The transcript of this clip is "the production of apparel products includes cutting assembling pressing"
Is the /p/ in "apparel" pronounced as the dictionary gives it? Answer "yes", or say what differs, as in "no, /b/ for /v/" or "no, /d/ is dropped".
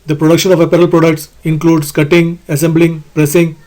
yes